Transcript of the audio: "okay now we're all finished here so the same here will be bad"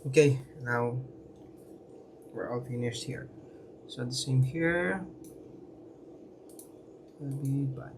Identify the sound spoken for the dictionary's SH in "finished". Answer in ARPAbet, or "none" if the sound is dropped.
S